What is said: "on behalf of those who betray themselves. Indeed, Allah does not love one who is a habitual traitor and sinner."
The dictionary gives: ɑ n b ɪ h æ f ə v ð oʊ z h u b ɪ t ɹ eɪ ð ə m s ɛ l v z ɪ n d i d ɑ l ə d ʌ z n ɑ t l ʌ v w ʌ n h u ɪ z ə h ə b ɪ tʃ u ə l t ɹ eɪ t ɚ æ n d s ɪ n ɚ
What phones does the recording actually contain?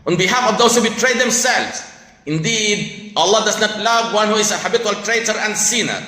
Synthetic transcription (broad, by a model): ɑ n b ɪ h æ f ə v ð oʊ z h u b ɪ t ɹ eɪ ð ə m s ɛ l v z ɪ n d i d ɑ l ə d ʌ z n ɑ t l ʌ v w ʌ n h u ɪ z ə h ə b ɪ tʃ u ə l t ɹ eɪ t ɚ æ n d s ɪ n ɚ